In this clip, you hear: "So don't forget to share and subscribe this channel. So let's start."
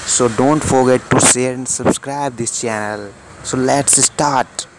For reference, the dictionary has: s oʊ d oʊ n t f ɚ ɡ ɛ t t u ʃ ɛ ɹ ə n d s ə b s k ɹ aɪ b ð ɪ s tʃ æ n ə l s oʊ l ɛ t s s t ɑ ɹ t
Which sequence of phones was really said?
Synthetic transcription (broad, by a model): s oʊ d oʊ n t f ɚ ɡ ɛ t t u s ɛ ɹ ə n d s ə b s k ɹ aɪ b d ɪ s tʃ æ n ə l s oʊ l ɛ t s s t ɑ ɹ t